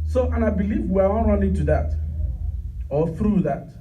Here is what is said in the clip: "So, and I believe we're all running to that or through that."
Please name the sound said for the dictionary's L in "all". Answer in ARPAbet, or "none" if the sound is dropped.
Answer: N